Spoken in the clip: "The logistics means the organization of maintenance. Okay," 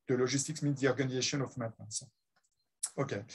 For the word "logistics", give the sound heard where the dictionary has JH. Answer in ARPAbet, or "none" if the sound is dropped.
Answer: ZH